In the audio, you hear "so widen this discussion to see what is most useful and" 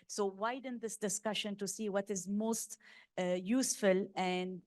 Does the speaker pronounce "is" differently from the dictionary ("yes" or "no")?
no